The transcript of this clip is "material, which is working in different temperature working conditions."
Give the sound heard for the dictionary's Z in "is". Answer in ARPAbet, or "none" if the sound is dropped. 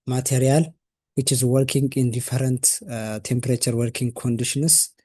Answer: Z